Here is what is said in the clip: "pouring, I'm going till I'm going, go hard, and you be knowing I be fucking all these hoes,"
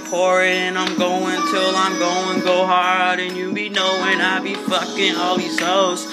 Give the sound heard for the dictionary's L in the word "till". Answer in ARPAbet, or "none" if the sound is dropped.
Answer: L